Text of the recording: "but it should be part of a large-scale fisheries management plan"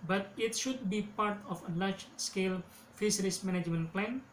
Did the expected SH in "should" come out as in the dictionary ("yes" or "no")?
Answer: yes